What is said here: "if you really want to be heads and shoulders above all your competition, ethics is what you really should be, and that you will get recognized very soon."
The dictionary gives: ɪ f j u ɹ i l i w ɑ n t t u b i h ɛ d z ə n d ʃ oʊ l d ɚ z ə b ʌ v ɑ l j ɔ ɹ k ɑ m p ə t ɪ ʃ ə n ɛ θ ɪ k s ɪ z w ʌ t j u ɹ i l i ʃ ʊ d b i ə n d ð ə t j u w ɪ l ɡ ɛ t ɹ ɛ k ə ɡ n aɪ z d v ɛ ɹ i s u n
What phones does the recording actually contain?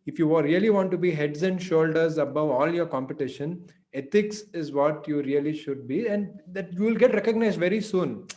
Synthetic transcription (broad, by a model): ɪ f j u ɹ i l i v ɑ n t t u b i h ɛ d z ə n d ʃ oʊ l d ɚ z ə b ʌ v ɑ l j ɔ ɹ k ɑ m p ə t ɪ ʃ ə n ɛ t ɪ k s ɪ z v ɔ t j u ɹ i l i ʃ ʊ d b i ə n d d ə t j u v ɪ l ɡ ɛ t ɹ ɛ k ə ɡ n aɪ z d v ɛ ɹ i s u n